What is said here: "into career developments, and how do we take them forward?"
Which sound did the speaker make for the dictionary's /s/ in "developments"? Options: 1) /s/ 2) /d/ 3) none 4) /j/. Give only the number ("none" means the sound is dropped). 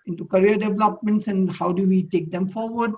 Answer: 1